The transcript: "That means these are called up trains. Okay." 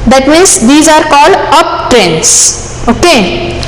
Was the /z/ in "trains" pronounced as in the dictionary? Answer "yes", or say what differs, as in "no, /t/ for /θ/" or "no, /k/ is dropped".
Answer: no, /s/ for /z/